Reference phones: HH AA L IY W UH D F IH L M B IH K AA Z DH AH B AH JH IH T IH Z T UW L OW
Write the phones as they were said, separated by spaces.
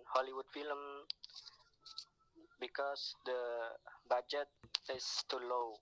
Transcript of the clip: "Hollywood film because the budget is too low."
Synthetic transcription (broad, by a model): HH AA L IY W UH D F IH L M B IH K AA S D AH B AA JH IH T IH S T UW L OW